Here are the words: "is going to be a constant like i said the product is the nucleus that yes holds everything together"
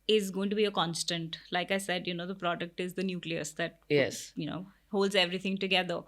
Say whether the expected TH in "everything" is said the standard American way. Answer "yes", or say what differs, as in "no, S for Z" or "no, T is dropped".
no, T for TH